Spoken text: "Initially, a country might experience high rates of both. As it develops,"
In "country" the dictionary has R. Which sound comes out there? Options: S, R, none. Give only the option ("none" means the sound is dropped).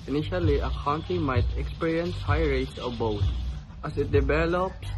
none